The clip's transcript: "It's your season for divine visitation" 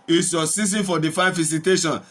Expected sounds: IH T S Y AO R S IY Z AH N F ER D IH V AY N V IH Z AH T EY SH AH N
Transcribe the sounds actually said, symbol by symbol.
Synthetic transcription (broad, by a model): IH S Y AO S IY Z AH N F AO D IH F AY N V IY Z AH T EY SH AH N